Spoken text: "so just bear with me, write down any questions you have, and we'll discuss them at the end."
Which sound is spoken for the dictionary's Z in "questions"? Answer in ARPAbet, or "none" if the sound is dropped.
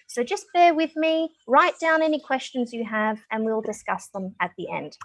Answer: Z